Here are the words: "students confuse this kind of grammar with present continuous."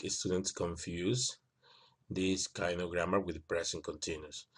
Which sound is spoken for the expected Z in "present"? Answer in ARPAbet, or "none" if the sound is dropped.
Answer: S